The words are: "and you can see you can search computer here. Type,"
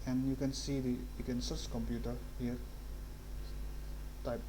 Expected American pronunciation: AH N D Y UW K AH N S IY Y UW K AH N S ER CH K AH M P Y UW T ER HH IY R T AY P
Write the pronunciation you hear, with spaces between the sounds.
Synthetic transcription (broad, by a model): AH N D Y UW K AH N S IY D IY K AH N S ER S K AH M P Y UW T ER HH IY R T AY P